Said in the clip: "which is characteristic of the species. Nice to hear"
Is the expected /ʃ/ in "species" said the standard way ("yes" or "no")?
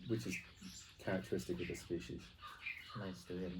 yes